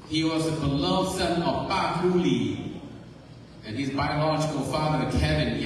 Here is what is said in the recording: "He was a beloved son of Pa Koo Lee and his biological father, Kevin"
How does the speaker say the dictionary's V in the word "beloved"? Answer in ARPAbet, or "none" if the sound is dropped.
none